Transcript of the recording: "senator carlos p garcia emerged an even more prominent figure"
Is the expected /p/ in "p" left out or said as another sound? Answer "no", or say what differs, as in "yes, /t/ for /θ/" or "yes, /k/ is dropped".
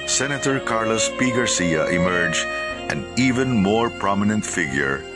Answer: no